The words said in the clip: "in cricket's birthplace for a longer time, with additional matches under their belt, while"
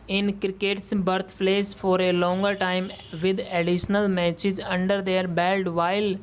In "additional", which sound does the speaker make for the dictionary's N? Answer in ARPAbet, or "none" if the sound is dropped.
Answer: N